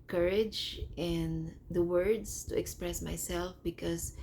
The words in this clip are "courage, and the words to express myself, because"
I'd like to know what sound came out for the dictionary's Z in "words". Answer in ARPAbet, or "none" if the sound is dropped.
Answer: S